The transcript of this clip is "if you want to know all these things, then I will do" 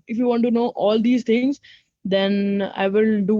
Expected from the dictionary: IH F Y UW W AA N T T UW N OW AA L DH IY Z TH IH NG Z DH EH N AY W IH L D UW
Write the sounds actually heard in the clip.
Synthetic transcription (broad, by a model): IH F Y UW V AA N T T UW N OW AA L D IY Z T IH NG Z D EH N AY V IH L D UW